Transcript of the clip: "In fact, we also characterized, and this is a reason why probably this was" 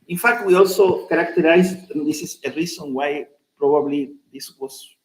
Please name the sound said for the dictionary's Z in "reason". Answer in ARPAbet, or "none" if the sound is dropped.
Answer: S